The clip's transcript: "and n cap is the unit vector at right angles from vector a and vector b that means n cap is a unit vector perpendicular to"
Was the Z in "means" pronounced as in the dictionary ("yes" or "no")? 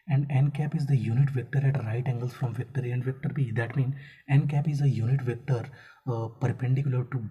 no